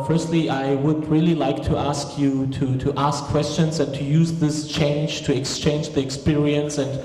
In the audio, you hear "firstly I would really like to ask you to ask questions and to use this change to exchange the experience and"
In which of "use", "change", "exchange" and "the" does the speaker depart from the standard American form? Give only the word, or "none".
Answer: none